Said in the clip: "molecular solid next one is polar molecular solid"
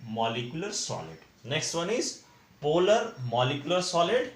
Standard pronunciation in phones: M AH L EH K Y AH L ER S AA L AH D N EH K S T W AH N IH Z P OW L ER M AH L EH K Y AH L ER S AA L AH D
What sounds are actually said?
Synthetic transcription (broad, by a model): M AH L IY K Y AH L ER S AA L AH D N EH K S T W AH N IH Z P OW L ER M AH L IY K Y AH L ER S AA L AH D